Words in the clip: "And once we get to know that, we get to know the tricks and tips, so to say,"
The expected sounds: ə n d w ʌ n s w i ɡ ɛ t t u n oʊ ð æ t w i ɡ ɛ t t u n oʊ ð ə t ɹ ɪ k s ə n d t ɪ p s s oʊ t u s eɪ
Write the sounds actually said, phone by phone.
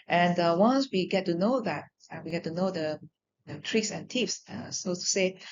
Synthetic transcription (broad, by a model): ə n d w ʌ n s w i ɡ ɛ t t u n oʊ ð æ t w i ɡ ɛ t t u n oʊ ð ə t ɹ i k s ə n t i f s s oʊ t u s eɪ